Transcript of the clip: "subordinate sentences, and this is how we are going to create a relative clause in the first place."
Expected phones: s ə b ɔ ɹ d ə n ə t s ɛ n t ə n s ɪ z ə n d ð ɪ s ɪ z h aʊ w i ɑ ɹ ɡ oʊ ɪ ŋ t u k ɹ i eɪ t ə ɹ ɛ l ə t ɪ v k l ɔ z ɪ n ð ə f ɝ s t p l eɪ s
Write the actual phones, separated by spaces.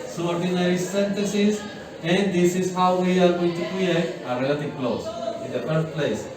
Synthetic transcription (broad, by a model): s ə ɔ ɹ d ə n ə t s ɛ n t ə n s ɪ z ə n d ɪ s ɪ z h aʊ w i ɑ ɹ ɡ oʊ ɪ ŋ t u k ɹ i eɪ t ə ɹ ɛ l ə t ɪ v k l ɔ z ɪ n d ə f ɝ t p l eɪ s